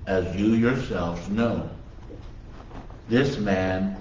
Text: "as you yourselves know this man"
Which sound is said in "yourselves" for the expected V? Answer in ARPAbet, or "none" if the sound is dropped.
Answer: V